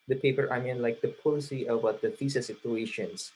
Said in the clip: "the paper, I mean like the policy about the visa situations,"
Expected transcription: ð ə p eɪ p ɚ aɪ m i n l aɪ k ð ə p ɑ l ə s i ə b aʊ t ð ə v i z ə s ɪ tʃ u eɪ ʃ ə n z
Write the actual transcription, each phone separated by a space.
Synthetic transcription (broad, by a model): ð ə p eɪ p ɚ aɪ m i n l aɪ k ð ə p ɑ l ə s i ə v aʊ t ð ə f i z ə s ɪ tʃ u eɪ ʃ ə n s